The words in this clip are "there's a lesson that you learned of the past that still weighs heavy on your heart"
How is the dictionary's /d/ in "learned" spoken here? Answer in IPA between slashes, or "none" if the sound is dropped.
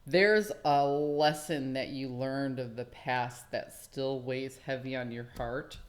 /d/